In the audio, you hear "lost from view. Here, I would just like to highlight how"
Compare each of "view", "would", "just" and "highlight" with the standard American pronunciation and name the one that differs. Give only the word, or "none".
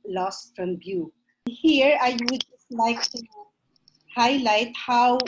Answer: view